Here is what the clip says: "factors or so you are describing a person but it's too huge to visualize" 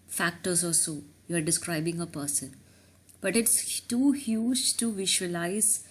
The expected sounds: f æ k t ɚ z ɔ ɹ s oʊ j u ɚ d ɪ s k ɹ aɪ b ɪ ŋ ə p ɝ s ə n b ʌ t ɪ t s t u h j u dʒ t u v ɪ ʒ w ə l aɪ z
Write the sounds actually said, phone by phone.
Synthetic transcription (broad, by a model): f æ k t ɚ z ɔ l s oʊ j u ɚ d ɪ s k ɹ aɪ b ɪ ŋ ə p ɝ s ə n b ʌ t ɪ t s t u h j u dʒ t u v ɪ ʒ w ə l aɪ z